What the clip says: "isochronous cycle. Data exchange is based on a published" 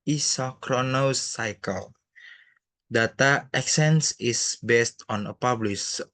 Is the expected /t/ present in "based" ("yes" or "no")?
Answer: yes